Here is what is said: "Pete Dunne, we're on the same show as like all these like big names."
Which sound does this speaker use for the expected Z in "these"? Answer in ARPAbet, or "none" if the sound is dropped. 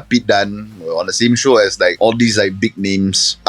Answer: S